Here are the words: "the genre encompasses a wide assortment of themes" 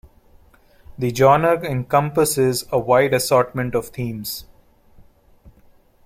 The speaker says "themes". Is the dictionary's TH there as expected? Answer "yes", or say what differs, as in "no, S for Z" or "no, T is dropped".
no, T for TH